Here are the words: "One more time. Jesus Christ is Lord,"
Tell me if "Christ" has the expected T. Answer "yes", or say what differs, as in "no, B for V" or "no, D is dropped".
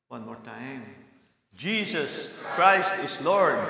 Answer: yes